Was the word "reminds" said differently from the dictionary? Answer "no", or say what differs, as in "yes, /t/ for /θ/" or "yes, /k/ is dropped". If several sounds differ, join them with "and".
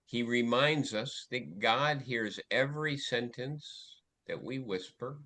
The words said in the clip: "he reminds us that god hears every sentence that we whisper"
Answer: no